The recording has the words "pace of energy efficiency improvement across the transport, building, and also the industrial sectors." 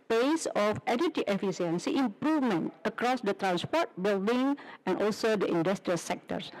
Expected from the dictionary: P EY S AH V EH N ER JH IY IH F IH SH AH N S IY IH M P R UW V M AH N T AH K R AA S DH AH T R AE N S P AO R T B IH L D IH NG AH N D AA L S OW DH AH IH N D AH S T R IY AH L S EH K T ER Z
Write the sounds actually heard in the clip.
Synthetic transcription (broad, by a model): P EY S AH F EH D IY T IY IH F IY S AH N S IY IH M P R UW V M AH N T AH K R AA S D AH T R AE N S P AO T B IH L D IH NG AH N AA L S OW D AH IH N D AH S T R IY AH L S EH K T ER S